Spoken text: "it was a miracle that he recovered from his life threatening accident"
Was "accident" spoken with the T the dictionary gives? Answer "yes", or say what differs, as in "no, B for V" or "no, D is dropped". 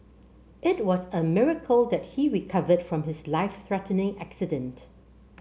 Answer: yes